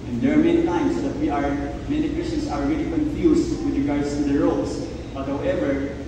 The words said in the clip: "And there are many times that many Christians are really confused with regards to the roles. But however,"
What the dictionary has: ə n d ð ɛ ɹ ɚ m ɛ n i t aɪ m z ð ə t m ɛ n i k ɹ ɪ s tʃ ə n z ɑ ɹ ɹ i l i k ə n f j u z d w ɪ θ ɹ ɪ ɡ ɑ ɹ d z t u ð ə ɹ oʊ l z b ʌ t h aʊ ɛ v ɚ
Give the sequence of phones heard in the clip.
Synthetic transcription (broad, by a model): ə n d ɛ ɹ m ɛ n i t aɪ m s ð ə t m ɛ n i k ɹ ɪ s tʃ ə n s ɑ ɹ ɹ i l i k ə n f j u s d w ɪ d ɹ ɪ ɡ ɑ ɹ d s t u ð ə ɹ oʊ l s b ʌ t h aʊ ɛ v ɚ